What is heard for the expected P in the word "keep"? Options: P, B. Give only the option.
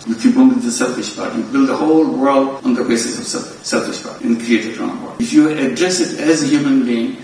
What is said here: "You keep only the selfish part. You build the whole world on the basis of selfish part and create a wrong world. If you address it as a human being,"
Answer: B